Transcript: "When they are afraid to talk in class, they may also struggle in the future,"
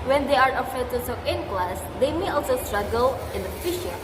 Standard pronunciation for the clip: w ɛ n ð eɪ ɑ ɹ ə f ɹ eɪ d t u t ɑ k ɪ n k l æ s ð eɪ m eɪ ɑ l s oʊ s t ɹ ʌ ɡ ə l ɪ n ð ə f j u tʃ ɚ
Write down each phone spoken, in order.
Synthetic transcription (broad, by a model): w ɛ n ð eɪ ɑ ɹ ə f eɪ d t u s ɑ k ɪ n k l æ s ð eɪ m eɪ ɑ l s oʊ s t ɹ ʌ ɡ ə l ɪ n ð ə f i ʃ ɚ